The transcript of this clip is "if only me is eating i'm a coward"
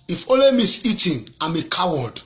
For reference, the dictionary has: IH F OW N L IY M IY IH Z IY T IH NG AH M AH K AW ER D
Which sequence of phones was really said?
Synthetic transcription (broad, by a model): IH F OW L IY M IY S IY T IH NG AH M AH K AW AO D